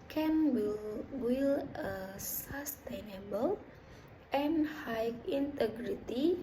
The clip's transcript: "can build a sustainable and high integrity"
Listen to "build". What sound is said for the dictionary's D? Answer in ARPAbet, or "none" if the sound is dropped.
none